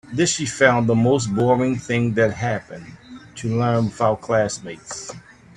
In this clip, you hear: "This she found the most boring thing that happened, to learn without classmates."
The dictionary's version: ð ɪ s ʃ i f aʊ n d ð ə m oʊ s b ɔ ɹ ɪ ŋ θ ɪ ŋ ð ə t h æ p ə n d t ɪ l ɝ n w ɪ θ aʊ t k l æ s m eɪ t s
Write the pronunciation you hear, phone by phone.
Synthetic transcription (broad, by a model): ð ɪ s ʃ i f aʊ n ð ə m oʊ s b ɔ ɹ ɪ ŋ θ ɪ ŋ ð ə t h æ p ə n t ɪ l ɝ n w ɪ f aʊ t k l æ s m eɪ t s